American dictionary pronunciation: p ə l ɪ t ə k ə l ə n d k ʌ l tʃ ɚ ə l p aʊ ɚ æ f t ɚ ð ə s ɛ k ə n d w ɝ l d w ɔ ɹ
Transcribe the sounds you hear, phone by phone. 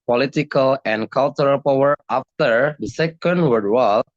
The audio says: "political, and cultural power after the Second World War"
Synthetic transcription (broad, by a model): p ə l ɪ t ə k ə l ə n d k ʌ l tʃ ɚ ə l p aʊ ɚ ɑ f t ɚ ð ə s ɛ k ə n d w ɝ d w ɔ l